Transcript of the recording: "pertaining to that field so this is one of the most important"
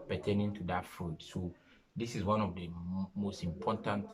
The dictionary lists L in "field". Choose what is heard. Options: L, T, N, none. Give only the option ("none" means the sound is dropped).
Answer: none